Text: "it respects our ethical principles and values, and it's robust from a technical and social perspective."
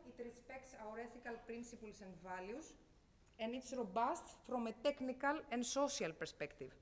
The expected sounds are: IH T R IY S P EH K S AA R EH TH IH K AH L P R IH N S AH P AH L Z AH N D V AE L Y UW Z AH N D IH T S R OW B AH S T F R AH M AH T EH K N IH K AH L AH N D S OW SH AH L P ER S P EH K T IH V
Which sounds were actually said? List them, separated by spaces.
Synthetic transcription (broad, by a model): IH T R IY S P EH K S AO R EH TH IH K AH L P R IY N S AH P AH L S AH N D V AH L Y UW S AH N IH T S R OW B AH S T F R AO M AH T EH K N IH K AH L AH N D S OW S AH L P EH S P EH K T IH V